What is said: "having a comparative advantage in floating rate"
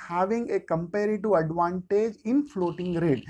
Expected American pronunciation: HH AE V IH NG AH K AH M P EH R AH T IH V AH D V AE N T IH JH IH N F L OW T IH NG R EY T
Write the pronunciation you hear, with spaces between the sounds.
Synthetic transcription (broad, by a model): HH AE V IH NG AH K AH M P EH R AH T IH AH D V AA N T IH JH IH N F L OW T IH NG R EY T